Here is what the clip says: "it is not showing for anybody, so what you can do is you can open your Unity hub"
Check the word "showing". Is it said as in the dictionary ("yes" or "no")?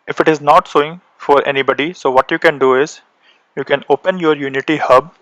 no